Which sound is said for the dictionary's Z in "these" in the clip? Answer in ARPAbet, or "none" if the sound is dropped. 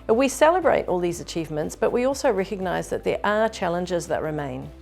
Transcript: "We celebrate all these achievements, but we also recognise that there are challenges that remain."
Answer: Z